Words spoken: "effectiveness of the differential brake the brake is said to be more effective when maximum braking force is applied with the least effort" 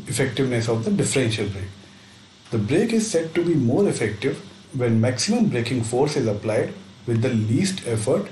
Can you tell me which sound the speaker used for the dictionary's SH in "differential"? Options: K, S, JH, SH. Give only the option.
SH